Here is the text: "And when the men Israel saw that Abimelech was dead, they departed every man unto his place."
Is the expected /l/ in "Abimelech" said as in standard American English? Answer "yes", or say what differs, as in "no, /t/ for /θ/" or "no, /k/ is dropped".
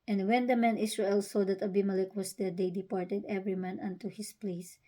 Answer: yes